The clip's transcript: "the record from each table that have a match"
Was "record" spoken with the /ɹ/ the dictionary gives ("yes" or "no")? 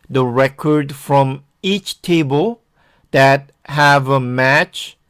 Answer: yes